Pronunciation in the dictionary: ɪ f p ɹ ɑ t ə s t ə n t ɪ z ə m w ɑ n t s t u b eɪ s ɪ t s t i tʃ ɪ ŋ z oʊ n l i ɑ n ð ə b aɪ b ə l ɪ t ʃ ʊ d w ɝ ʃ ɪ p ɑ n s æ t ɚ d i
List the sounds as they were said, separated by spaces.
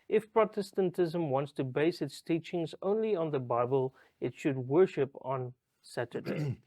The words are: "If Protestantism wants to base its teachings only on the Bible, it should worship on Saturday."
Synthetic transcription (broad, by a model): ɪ f p ɹ ɑ t ə s t ə n t ɪ z ə m w ɑ n t s t u b eɪ s ɪ t s t i tʃ ɪ ŋ z oʊ n l i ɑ n ð ə b aɪ b ə l ɪ t ʃ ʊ d w ɝ ʃ ɪ p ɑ n s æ t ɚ d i